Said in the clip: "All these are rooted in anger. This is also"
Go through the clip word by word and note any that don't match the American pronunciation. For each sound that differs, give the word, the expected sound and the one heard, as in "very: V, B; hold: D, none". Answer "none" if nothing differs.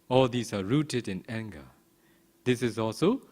none